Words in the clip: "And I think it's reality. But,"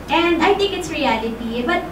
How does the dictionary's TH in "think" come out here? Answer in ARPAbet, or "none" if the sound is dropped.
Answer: T